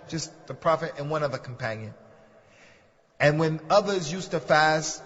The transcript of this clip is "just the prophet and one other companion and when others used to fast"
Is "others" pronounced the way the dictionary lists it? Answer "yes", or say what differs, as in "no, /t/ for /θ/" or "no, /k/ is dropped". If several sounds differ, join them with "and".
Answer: yes